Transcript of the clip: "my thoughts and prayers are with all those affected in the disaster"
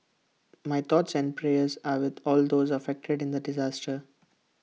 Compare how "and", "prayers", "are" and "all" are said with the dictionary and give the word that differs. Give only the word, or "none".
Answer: none